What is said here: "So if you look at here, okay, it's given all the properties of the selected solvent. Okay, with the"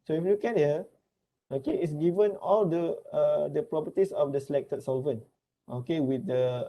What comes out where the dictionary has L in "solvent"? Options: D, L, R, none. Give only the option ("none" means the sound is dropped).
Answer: L